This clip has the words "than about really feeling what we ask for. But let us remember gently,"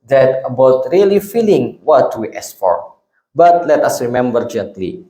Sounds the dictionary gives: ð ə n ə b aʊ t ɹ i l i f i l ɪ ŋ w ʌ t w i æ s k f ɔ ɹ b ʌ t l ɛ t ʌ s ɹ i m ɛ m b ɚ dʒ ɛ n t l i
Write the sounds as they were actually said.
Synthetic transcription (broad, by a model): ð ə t ə b aʊ t ɹ i l i f i l ɪ ŋ w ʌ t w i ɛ s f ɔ ɹ b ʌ t l ɛ t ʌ s ɹ i m ɛ m b ɚ dʒ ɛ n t l i